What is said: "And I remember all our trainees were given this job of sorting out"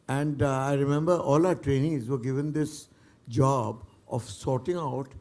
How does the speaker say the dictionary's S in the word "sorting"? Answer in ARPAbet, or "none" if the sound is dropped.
S